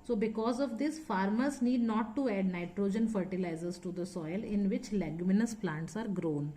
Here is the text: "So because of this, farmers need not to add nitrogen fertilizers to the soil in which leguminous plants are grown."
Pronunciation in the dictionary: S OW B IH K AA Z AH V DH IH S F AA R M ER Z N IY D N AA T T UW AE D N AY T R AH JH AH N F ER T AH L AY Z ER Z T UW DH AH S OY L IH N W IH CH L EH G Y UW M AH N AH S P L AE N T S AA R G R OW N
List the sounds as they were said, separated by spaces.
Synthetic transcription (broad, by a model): S OW B IH K AA Z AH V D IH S F AA R M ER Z N IY D N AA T T UW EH D N AY T R AH JH AH N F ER T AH L AY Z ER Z T UW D AH S OY L IH N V IH CH L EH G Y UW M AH N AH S P L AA N T S AA R G R OW N